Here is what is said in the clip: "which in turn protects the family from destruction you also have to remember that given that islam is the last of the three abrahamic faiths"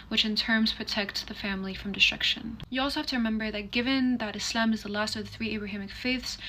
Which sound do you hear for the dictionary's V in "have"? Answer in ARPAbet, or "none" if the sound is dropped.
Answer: F